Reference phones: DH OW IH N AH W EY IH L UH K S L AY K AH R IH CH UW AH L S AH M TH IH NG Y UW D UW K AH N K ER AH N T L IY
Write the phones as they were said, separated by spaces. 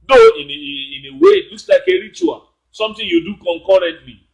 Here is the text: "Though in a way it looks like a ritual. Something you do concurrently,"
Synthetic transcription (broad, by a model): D OW IH N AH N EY IH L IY S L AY K AH R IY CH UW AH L S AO M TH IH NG Y UW D UW K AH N K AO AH N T L IY